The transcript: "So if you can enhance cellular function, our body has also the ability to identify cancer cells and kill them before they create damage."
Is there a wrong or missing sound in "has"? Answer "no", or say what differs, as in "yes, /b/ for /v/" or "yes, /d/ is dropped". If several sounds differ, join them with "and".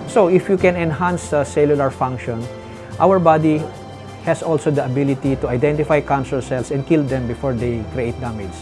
yes, /s/ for /z/